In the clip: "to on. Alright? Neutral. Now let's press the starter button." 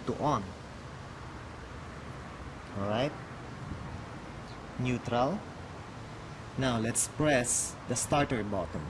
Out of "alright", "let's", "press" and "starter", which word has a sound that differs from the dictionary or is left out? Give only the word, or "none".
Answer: alright